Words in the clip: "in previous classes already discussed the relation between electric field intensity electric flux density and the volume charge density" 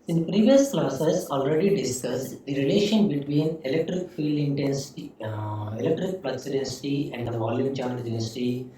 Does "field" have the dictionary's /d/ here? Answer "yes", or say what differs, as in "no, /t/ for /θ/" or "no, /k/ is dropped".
yes